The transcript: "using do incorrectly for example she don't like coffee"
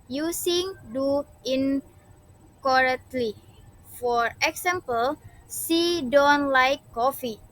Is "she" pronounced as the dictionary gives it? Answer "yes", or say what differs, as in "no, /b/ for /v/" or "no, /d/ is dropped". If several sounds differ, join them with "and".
no, /s/ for /ʃ/